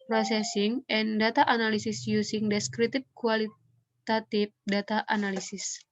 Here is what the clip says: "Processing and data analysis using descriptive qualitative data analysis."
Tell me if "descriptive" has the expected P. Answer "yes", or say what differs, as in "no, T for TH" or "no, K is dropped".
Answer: no, P is dropped